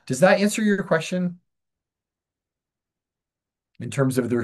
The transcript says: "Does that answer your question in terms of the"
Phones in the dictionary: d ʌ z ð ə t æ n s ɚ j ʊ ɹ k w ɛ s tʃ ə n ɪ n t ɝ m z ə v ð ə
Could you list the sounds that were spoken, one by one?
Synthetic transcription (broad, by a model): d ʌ z ð ə t æ n s ɚ j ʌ ɹ k w ɛ s tʃ ə n ɪ n t ɝ m z ə v ð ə